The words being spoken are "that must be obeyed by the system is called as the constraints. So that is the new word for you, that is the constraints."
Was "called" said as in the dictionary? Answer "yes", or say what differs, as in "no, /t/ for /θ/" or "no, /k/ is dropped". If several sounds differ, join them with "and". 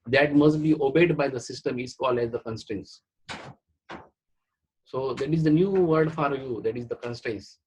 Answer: no, /d/ is dropped